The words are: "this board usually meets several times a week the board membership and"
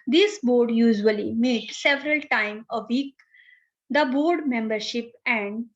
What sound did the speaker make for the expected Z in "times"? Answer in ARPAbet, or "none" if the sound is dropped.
none